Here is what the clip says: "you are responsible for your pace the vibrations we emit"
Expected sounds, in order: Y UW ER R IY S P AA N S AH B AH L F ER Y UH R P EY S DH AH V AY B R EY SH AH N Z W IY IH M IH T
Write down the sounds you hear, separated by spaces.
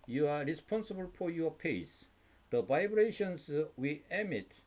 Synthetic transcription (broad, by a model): Y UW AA R IY S P AA N S AH B AH L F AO Y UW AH P EY S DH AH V AY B R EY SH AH N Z W IY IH M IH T